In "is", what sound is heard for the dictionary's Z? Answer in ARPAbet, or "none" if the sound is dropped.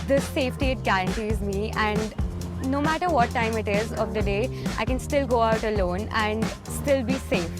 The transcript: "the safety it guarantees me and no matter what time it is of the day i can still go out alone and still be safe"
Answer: Z